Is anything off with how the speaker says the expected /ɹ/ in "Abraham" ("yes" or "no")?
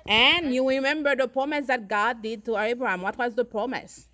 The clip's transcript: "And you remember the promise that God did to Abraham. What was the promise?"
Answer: no